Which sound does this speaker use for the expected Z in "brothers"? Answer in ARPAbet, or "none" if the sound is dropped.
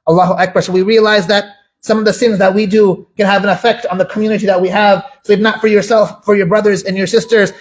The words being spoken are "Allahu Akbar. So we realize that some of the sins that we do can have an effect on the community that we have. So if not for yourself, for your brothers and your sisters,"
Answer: Z